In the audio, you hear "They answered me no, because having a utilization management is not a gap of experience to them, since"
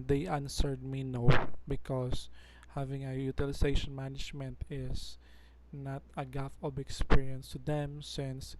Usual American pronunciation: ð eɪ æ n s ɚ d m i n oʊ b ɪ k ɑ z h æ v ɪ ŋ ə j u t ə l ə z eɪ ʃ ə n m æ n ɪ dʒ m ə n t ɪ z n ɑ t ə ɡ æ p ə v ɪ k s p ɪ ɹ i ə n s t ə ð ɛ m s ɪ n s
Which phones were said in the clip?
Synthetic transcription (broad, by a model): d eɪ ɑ n s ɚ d m i n oʊ b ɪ k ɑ s h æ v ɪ ŋ ə j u t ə l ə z eɪ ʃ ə n m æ n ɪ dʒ m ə n t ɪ s n ɑ t ə ɡ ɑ f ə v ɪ k s p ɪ ɹ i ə n s t ə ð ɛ m s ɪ n s